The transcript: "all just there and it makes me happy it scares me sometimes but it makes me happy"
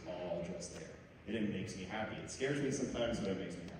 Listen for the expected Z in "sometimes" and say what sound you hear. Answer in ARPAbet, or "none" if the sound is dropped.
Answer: Z